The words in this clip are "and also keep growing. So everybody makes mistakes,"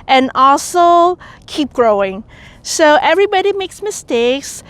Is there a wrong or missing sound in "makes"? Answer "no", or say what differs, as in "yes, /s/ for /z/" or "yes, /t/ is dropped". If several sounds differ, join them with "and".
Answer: no